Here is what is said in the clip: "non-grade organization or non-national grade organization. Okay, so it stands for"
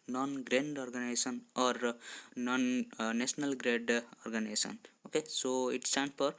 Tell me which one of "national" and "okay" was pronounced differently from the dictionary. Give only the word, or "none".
national